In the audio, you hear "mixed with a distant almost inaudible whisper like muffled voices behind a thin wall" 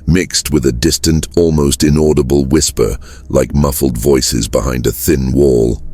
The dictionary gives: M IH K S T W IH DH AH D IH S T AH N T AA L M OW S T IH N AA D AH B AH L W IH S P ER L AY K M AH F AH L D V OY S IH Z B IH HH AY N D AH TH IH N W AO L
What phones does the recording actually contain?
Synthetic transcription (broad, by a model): M IH K S T W IH DH AH D IH S T AH N T AA L M OW S T IH N AA D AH B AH L W IH S P ER L AY K M AH F L D V OY S IH Z B IH HH AY N D AH TH IH N W AO L